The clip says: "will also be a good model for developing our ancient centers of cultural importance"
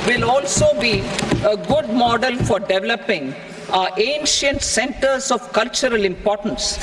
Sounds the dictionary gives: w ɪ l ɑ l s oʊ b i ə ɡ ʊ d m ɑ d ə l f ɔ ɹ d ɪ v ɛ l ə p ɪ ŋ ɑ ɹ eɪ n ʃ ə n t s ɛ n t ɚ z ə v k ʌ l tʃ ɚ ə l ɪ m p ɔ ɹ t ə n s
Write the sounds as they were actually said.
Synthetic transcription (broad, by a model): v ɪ l ɑ l s oʊ b i ə ɡ ʊ d m ɑ d ə l f ɔ ɹ d ɪ v ɛ l ə p ɪ ŋ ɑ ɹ eɪ n ʃ ə n t s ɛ n t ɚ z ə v k ʌ l tʃ ɚ ə l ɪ m p ɔ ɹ t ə n s